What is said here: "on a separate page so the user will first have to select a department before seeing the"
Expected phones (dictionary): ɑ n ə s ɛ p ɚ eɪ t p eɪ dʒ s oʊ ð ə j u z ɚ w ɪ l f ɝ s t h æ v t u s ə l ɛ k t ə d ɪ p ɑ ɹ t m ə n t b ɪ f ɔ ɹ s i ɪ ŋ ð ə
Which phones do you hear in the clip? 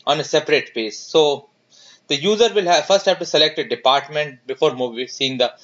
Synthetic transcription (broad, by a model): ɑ n ə s ɛ p ɚ eɪ t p eɪ s oʊ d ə j u z ɚ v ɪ l f ɝ s t h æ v t u s ə l ɛ k t ə d ɪ p ɑ ɹ t m ə n t b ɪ f ɔ ɹ s i ɪ ŋ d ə